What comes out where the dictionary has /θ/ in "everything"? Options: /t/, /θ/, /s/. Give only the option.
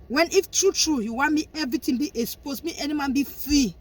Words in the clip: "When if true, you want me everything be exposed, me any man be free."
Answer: /t/